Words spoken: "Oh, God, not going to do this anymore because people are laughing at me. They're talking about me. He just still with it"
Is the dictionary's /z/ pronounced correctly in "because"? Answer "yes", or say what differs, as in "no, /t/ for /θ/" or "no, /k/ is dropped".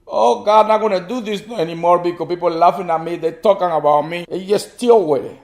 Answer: no, /z/ is dropped